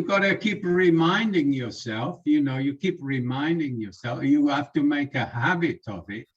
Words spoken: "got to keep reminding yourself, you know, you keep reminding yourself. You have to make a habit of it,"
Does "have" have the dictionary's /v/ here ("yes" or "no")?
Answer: no